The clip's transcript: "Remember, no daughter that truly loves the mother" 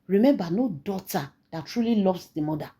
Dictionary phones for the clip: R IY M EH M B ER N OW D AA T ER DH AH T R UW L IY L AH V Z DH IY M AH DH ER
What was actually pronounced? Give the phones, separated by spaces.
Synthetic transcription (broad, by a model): R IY M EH M B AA N OW D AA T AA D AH T R UW L IY L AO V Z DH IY M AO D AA